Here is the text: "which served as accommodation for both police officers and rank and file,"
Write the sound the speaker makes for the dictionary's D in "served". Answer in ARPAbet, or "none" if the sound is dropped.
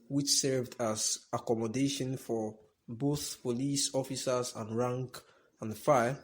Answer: D